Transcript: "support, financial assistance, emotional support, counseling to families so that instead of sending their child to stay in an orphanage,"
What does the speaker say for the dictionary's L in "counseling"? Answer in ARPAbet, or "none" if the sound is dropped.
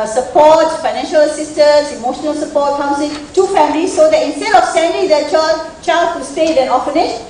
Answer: none